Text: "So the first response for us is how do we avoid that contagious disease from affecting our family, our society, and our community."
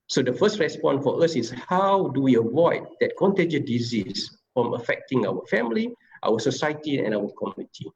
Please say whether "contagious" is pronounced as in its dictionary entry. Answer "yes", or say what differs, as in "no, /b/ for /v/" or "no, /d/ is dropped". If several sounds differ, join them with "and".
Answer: no, /s/ is dropped